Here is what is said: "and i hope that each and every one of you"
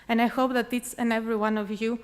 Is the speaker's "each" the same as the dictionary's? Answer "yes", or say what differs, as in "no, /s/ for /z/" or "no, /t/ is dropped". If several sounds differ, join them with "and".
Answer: no, /s/ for /tʃ/